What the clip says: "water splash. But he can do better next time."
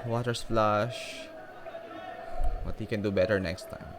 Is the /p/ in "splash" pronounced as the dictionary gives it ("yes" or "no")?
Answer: no